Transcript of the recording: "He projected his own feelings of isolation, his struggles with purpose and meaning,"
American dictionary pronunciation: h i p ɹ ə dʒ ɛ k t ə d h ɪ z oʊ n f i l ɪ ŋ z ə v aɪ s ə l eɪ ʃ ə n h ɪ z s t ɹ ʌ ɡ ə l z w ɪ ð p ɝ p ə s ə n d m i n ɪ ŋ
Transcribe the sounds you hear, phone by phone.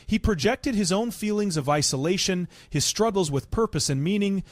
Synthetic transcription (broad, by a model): h i p ɹ ə dʒ ɛ k t ə d ɪ z oʊ n f i l ɪ ŋ z ə v aɪ s ə l eɪ ʃ ə n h ɪ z s t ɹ ʌ ɡ l z w ɪ ð p ɝ p ə s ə n m i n ɪ ŋ